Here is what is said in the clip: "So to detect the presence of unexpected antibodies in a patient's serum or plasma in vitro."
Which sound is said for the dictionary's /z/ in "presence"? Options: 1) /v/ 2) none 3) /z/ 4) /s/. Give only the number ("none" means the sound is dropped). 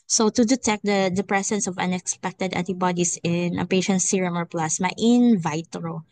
4